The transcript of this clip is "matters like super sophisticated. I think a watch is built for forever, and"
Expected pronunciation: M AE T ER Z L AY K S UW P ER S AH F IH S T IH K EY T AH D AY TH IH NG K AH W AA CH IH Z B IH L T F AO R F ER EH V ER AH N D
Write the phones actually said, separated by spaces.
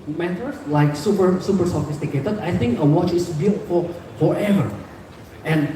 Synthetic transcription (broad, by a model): M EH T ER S L AY K S UW P ER S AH F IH S T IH K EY T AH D AY TH IH NG K AH W AA CH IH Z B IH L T F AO L F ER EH V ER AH N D